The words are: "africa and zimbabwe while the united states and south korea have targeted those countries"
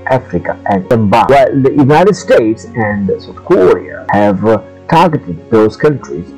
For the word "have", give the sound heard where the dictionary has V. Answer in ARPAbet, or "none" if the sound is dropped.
V